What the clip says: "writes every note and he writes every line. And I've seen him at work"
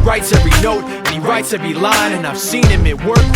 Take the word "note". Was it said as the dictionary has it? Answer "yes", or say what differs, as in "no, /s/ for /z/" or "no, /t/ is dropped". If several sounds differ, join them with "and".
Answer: yes